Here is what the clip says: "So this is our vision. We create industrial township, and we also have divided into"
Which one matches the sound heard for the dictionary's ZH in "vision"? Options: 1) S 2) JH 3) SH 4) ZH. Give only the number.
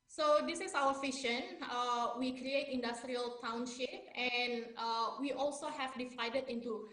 3